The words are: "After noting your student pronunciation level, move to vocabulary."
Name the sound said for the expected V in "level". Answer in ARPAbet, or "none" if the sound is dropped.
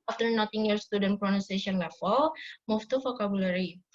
F